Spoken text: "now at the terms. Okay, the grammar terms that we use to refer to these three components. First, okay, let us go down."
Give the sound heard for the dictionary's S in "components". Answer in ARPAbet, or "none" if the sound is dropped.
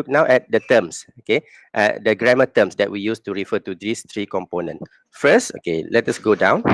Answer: none